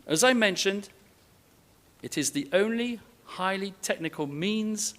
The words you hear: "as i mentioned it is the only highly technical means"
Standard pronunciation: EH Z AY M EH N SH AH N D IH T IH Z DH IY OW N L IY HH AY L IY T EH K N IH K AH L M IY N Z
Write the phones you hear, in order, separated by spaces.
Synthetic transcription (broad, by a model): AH Z AY M EH N SH AH N D IH T IH Z DH IY OW N L IY HH AY L IY T EH K N IH K AH L M IY N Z